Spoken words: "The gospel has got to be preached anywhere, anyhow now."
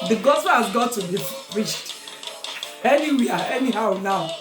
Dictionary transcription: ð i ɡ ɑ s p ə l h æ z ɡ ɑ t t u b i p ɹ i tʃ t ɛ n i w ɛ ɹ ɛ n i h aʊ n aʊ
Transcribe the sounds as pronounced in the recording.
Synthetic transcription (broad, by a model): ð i ɡ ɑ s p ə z ɡ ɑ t t u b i f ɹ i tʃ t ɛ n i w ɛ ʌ ɛ n i h aʊ n aʊ